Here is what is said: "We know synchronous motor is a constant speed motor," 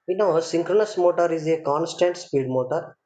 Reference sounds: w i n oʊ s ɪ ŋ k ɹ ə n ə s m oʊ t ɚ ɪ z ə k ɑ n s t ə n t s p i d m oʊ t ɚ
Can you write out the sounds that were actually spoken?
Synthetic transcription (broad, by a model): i n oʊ s ɪ ŋ k ɹ ə n ə s m oʊ t ɚ ɪ z ə k ɑ n s t ə n t s p i d m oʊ t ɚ